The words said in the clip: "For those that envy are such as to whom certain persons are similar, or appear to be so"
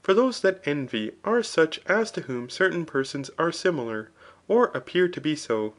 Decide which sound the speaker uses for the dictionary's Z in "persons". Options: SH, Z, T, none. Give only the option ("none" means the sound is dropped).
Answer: Z